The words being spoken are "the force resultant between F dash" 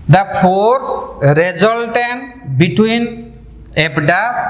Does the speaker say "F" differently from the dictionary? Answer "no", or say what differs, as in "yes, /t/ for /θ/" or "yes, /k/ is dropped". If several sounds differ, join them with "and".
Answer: yes, /p/ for /f/